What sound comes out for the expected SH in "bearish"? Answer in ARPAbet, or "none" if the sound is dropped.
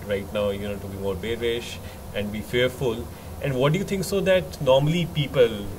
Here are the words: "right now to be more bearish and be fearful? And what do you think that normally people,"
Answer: SH